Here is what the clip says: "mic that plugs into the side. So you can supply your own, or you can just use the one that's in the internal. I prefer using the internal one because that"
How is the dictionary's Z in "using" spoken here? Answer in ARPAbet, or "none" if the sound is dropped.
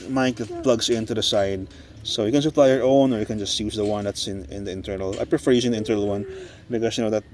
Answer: S